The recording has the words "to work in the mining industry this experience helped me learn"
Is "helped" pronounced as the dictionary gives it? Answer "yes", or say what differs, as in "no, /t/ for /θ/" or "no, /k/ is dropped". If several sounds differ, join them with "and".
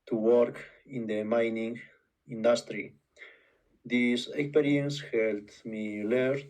no, /p/ is dropped